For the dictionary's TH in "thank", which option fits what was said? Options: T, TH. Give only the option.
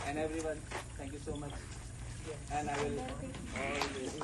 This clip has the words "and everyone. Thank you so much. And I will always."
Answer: T